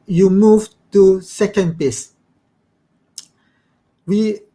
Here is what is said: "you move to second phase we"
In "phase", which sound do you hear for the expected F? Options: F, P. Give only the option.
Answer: P